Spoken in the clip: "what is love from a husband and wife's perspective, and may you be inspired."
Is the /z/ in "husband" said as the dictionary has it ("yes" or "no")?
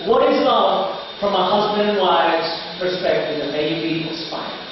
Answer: yes